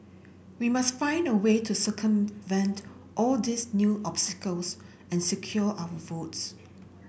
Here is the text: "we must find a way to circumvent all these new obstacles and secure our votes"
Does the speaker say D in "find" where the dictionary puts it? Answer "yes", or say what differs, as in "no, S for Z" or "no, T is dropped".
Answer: yes